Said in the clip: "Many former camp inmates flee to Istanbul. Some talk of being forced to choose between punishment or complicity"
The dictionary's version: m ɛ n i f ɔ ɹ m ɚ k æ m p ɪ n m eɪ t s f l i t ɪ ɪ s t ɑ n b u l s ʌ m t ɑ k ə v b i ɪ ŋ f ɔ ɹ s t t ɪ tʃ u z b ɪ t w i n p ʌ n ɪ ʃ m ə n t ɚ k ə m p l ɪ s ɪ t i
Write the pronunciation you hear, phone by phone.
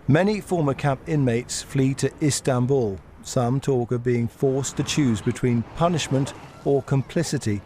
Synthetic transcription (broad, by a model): m ɛ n i f ɔ ɹ m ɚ k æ p ɪ n m eɪ t s f l i t ɪ ɪ s t ɑ n b u l s ʌ m t ɑ k ə v b i ɪ ŋ f ɔ ɹ s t t ɪ tʃ u z b ɪ t w i n p ʌ n ɪ ʃ m ə n t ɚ k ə m p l ɪ s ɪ t i